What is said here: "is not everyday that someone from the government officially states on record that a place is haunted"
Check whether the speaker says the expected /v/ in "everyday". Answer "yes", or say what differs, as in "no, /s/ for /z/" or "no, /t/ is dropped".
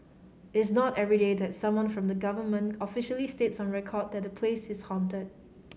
yes